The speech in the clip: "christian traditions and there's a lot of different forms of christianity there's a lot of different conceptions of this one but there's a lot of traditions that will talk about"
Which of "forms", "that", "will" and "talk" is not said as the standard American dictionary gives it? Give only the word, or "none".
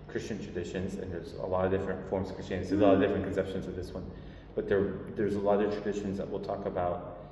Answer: none